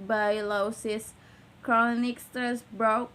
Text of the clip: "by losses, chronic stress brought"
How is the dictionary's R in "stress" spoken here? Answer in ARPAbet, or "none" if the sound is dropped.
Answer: none